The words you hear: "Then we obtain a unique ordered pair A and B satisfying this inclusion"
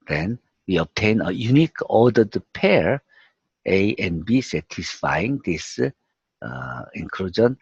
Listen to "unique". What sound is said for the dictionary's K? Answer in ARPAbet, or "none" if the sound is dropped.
K